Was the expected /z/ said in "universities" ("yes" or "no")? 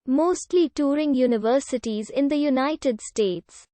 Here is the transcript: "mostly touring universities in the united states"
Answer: yes